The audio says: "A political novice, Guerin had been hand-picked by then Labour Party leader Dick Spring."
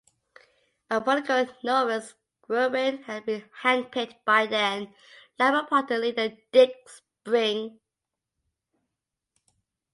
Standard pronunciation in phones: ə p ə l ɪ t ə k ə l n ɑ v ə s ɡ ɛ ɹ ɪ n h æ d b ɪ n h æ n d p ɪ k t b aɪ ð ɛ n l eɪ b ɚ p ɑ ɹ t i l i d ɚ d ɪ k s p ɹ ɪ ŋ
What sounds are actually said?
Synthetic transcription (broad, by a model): ə b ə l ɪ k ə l n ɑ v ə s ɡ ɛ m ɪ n h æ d b ɪ n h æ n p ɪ t b aɪ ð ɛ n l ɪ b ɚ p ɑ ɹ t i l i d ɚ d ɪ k s p ɹ ɪ ŋ